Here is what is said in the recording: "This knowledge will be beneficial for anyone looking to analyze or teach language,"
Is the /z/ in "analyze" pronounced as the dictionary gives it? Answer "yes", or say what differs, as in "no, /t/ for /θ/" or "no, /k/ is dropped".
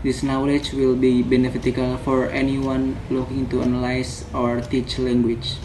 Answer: no, /s/ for /z/